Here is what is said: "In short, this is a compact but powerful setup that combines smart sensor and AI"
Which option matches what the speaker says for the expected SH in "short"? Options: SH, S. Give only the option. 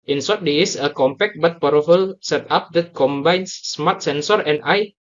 S